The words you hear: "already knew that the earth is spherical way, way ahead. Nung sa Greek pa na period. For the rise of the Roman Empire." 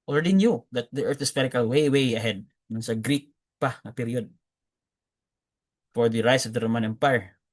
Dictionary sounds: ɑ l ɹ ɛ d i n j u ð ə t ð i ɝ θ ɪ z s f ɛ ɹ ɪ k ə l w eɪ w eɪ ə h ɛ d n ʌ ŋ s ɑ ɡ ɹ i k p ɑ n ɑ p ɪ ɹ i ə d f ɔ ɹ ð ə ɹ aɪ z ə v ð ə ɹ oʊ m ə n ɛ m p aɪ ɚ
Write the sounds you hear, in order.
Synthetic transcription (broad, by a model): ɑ l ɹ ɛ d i n j u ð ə t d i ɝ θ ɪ s p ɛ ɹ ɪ k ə l w eɪ w eɪ ə h ɛ d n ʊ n s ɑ ɡ ɹ i k p ɑ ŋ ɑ p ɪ ɹ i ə d f ɔ ɹ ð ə ɹ aɪ s ə v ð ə ɹ oʊ m ə n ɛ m p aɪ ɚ